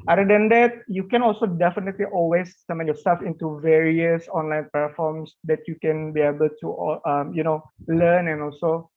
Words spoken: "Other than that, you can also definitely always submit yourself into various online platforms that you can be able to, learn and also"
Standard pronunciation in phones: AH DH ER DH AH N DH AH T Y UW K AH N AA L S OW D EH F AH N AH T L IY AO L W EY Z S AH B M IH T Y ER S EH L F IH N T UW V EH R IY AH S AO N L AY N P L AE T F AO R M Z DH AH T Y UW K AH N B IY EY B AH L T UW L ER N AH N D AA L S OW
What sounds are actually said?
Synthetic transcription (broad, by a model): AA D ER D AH N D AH T Y UW K AH N AA L S OW D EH F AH N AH T L IY AO L W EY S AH M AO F Y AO S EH L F IH N T UW V EH R IY AH S AO N L AY N P EH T F AO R M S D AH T Y UW K AH N B IY EY B AH L T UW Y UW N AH N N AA L S OW